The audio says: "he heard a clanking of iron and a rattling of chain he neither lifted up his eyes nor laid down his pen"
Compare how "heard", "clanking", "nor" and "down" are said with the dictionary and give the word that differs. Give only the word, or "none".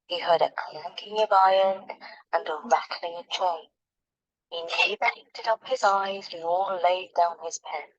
nor